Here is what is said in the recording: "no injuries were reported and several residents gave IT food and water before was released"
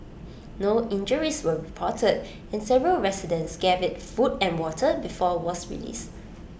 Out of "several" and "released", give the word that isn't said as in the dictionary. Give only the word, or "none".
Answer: released